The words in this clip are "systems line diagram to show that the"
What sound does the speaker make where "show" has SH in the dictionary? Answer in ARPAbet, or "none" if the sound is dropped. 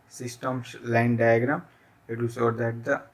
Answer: S